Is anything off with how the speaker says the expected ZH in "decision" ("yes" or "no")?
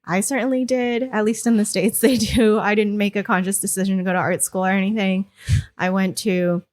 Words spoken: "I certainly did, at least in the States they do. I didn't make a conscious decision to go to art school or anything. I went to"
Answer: no